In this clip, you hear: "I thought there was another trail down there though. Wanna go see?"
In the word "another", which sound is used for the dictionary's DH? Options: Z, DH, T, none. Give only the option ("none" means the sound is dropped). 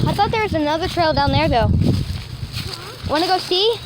DH